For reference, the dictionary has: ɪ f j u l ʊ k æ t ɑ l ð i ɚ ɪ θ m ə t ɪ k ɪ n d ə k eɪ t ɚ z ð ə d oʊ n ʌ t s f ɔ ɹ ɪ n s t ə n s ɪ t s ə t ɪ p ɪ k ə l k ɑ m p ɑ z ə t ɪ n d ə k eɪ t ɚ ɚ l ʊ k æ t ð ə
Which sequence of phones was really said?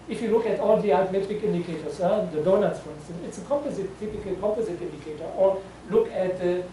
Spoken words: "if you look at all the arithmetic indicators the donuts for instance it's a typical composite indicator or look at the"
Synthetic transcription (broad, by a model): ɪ f j u l ʊ k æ t ɑ l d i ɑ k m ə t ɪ k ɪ n d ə k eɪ t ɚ s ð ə d oʊ n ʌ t s f ɔ ɹ ɪ n s t ə n s ɪ t s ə t ɪ p ɪ k ə l k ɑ m p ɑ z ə t ɪ n d ə k eɪ t ɚ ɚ l ʊ k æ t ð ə